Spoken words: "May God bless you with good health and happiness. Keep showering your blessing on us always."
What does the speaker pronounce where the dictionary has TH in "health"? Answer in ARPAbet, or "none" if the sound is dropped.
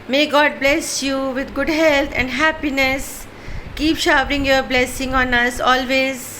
T